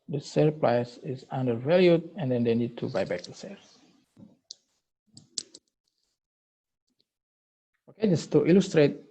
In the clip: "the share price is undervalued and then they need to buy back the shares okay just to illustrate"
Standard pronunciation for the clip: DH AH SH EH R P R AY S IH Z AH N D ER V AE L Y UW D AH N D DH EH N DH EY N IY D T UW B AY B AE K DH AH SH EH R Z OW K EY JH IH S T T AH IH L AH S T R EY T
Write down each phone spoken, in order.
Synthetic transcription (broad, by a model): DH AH S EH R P L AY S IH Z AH N D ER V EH L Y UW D AH N D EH N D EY N IY D T UW B AY B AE K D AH S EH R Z OW K EY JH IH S T T AH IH L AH S T R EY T